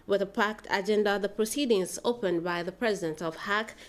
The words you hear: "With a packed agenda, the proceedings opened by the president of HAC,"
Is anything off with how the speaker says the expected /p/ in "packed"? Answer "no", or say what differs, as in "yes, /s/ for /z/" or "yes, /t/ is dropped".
no